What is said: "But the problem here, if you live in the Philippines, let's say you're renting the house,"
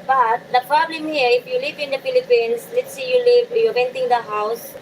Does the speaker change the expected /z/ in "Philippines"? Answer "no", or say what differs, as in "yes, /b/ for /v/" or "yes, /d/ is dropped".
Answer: yes, /s/ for /z/